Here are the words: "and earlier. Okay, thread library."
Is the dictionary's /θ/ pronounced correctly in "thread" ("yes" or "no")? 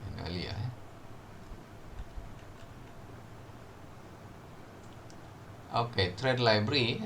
no